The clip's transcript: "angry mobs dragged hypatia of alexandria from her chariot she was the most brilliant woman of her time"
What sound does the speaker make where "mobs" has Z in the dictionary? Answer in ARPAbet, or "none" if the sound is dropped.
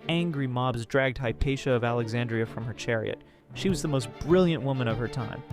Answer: Z